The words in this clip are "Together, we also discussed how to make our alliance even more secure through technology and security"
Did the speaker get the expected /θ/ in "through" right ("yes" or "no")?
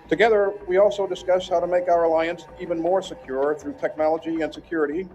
yes